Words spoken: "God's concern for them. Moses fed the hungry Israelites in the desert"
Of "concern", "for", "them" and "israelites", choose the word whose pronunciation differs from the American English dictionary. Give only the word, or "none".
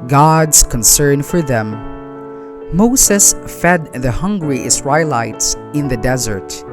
israelites